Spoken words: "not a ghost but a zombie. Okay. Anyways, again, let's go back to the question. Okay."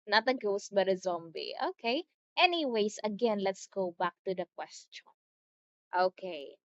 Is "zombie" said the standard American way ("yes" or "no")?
yes